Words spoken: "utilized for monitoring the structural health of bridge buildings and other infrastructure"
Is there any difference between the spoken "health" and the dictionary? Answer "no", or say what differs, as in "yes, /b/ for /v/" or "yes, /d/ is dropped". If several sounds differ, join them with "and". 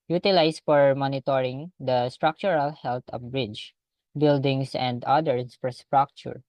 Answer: yes, /t/ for /θ/